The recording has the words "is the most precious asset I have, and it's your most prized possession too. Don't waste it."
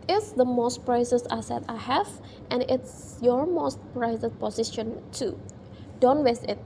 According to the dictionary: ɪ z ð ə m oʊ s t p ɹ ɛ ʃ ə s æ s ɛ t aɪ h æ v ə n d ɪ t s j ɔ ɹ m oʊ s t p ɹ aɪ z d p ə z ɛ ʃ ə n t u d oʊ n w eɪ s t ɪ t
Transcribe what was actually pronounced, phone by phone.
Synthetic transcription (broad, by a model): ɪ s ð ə m oʊ s t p ɹ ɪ s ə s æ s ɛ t aɪ h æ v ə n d ɪ t s j ɔ ɹ m oʊ s t p ɹ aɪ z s p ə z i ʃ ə n t u d oʊ n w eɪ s ɪ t